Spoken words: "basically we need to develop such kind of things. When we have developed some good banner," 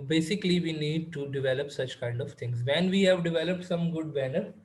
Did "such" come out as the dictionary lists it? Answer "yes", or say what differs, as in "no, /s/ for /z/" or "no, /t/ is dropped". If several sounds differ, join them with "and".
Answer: yes